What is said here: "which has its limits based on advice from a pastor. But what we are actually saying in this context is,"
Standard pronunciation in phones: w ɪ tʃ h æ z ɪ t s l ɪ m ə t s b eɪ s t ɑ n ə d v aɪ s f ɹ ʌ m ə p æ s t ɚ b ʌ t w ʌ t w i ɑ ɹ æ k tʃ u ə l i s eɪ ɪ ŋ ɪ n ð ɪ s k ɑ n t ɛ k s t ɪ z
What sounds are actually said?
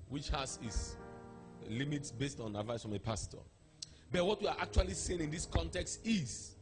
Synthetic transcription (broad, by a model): w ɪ tʃ h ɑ s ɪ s l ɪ m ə t s b eɪ s t ɑ n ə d v aɪ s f ɹ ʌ m ə p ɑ s t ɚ b ʌ t w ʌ t w i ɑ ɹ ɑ k tʃ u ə l i s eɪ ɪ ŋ ɪ n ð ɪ s k ɑ n t ɛ k s t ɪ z